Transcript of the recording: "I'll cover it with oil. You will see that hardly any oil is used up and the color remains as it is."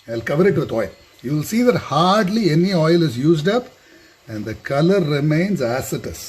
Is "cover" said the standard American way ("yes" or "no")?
yes